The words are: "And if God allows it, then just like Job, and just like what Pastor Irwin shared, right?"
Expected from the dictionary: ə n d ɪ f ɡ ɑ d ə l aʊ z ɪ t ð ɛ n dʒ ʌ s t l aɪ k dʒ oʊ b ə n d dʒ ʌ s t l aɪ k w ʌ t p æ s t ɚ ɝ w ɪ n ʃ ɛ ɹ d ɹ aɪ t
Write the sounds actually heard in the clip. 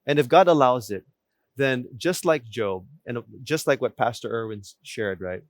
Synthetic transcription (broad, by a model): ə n ɪ f ɡ ɑ d ə l aʊ z ɪ t ð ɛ n dʒ ʌ s t l aɪ k dʒ oʊ b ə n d dʒ ʌ s t l aɪ k w ʌ t p æ s t ɚ ɝ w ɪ n ʃ ɛ ɹ d ɹ aɪ t